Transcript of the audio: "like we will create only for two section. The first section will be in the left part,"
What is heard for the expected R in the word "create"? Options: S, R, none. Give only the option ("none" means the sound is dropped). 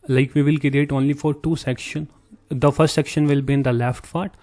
none